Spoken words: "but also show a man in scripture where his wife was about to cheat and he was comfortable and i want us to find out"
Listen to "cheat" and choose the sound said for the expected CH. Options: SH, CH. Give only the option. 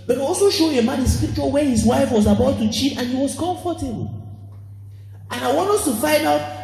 CH